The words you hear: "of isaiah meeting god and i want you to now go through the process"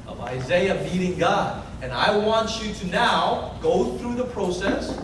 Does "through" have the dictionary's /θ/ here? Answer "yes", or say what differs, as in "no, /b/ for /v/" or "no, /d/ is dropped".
yes